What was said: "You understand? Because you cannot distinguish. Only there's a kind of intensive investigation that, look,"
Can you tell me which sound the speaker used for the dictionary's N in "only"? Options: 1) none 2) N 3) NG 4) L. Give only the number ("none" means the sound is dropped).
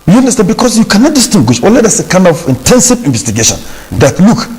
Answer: 1